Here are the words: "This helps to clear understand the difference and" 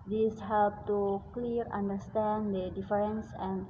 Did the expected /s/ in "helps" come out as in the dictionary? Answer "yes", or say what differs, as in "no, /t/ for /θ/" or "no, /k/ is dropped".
no, /s/ is dropped